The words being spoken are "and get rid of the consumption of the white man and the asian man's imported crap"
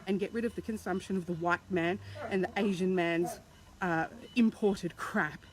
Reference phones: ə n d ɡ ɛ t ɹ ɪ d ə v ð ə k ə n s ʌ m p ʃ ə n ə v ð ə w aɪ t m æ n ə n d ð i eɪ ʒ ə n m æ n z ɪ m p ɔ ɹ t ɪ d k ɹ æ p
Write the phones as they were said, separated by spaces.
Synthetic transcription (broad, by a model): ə n ɡ ɛ t ɹ ɪ d ə v ð ə k ə n s ʌ m p ʃ ə n ə v ð ə w aɪ t m æ n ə n ð i eɪ ʒ ə n m æ n z ɪ m p ɔ ɹ t ɪ d k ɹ æ p